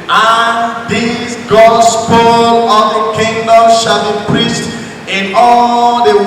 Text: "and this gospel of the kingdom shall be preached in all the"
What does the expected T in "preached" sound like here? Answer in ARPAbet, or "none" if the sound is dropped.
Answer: T